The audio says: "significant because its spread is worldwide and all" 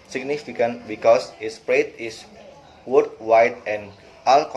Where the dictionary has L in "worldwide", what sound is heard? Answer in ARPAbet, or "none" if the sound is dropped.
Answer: none